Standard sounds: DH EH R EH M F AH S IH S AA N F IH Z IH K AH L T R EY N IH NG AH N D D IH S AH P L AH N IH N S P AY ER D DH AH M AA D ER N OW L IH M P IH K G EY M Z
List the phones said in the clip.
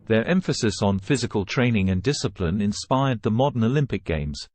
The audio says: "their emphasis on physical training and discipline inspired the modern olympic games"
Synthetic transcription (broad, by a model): DH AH R EH M F AH S IH S N F IH Z IH K AH L T R EY N IH NG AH N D D IH S AH P L AH N IH N S P AY ER D DH AH M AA D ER N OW L IH M P IH K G EY M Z